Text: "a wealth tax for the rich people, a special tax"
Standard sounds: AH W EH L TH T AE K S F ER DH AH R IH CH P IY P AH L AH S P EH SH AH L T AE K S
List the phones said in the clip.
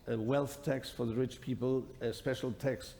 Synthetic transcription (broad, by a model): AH W EH L TH T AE K S F ER DH AH R IH CH P IY P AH L AH S P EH SH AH L T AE K S